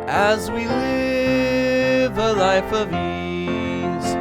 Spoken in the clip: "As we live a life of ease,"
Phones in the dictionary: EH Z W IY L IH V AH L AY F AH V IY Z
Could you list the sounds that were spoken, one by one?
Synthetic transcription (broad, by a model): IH Z W IY L IH V AH L AY F AH V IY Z